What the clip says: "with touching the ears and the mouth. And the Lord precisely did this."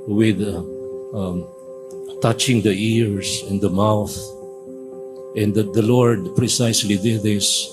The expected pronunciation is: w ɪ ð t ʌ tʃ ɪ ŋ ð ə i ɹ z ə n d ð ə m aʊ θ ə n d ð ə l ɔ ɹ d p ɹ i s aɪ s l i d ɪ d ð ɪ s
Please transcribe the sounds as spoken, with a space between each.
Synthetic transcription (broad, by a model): w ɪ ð t ʌ tʃ ɪ ŋ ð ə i ɹ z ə n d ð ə m aʊ θ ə n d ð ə l ɔ ɹ d p ɹ i s aɪ s l i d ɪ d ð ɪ s